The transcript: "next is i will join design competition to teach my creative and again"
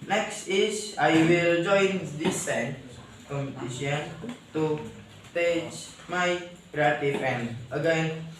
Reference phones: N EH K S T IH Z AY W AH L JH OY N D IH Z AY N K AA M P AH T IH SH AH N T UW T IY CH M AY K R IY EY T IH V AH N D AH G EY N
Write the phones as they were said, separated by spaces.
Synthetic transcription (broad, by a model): N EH K S T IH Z AY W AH L JH OY N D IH S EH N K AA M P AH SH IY AH N T UW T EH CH M AY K R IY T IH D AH N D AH G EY N